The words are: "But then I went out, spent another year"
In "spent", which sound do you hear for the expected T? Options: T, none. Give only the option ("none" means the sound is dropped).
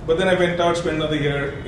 none